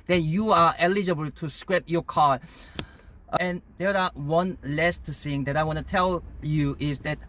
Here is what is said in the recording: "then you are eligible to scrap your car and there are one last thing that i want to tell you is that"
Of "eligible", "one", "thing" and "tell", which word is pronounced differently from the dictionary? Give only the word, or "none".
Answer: thing